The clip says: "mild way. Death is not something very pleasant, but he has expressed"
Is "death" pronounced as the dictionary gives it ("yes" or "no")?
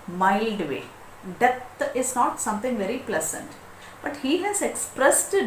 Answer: no